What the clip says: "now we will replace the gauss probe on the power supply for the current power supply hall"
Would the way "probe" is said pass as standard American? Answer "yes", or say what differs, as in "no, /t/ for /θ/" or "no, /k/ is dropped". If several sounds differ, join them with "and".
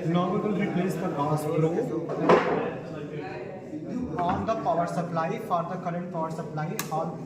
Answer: no, /b/ is dropped